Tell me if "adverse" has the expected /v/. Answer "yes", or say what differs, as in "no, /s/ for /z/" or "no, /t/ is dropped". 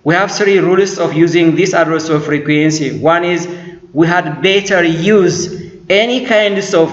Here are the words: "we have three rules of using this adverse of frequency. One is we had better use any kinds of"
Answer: no, /v/ is dropped